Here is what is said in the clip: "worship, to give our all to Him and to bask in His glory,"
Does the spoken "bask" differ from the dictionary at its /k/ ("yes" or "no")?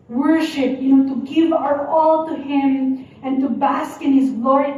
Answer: no